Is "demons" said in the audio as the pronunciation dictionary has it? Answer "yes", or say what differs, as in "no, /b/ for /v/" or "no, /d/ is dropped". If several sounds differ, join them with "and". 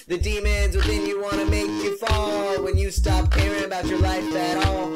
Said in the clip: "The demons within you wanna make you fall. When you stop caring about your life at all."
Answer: yes